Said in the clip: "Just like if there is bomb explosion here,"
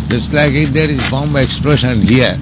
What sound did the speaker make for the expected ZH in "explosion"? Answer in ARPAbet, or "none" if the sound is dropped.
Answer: SH